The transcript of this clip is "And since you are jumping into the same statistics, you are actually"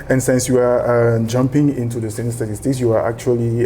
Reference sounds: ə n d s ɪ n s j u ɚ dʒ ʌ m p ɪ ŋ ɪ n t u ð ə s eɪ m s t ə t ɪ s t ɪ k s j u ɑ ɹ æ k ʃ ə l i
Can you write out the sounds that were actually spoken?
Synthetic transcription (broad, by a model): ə n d s ɪ n s j u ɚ dʒ ʌ m p ɪ ŋ ɪ n t u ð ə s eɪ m s t ə t ɪ s t ɪ k s j u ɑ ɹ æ k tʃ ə l i